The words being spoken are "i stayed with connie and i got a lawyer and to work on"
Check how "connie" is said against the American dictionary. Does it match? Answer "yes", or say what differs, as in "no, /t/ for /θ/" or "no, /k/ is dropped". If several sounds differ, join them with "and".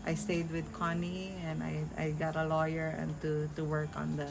yes